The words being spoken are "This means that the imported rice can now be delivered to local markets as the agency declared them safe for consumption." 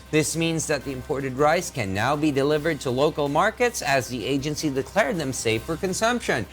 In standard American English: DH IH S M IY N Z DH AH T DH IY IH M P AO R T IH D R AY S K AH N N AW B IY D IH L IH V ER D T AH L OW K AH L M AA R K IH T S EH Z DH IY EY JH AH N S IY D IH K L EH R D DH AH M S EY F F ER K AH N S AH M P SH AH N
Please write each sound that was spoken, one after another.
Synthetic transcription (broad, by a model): DH IH S M IY N Z DH AH T DH IY IH M P AO R T IH D R AY S K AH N N AW B IY D IH L IH V ER D T AH L OW K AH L M AA R K IH T S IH Z DH IY EY JH AH N S IY D IH K L EH R D DH AH M S EY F F ER K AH N S AH M P SH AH N